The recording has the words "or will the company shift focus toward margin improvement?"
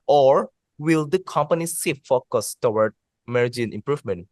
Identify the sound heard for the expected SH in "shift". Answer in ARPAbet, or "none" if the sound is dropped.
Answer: S